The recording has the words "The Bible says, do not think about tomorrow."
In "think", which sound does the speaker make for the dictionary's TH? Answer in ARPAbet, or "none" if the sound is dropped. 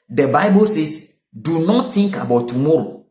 T